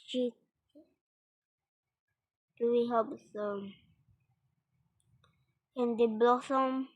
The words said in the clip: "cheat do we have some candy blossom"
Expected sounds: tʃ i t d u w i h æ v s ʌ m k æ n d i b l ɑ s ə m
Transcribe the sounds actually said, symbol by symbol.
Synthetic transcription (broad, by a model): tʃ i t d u w i h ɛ p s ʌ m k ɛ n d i b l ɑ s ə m